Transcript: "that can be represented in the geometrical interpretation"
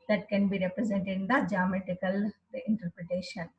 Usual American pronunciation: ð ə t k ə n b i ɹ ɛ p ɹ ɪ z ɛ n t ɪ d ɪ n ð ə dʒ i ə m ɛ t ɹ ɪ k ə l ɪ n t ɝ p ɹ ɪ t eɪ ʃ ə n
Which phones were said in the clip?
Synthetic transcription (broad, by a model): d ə t k ə n b i ɹ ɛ p ɹ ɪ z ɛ n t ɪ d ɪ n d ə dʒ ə m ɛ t ɪ k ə l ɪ n t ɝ p ɹ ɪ t eɪ ʃ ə n